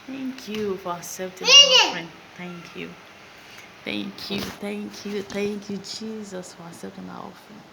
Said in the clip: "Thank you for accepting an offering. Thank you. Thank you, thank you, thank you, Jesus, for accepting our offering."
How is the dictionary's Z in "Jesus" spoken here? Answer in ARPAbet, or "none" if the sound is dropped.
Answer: Z